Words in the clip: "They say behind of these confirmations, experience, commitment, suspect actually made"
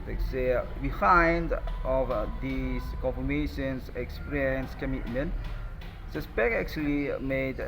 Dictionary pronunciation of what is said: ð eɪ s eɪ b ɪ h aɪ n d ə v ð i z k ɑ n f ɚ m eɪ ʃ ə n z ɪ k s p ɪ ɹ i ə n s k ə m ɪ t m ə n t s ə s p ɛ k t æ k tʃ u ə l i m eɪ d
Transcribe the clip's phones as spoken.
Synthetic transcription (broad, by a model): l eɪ s eɪ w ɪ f aɪ n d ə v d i s k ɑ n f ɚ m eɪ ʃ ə n s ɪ k s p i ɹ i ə n s k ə m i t m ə n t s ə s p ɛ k æ k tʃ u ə l i m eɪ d